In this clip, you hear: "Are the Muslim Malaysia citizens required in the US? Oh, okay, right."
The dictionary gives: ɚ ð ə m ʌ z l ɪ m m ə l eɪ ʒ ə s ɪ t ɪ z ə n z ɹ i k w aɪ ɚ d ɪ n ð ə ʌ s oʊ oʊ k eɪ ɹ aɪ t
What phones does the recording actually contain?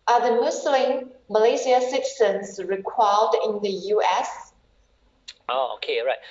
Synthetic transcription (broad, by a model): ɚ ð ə m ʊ s l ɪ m m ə l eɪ s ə s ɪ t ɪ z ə n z ɹ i k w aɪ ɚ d ɪ n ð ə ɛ s oʊ oʊ k eɪ ɹ aɪ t